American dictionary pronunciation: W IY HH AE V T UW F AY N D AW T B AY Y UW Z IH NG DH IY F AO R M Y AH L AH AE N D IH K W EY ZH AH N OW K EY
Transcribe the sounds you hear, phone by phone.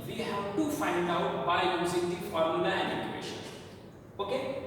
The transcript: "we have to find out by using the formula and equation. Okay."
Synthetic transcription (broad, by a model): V IY HH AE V T UW F AY N D AW T B AY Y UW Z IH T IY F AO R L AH N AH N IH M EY SH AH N OW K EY